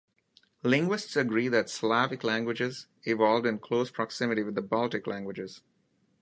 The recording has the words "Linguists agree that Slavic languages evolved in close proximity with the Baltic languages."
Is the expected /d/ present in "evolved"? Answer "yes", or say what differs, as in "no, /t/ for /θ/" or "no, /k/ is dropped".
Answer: yes